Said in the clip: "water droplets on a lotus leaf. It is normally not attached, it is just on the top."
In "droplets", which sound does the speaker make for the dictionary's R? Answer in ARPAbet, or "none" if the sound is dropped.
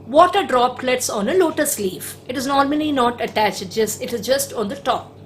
R